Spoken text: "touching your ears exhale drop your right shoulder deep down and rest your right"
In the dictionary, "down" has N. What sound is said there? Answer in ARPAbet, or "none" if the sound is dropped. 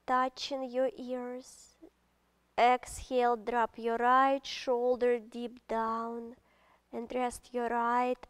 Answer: N